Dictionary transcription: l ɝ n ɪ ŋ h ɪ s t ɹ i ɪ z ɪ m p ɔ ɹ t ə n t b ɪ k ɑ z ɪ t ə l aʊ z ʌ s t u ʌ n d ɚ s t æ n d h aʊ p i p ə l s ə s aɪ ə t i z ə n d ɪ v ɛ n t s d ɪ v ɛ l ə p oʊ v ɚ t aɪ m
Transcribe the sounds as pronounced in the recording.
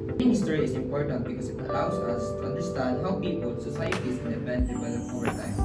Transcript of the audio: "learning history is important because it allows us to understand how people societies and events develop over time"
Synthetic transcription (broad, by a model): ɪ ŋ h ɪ s t ɹ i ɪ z ɪ m p ɔ ɹ t ə n t b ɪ k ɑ s ɪ t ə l aʊ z ʌ s t u ʌ n d ɚ s t æ n d h aʊ p i p ə l s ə s aɪ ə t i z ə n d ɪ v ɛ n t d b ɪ ɪ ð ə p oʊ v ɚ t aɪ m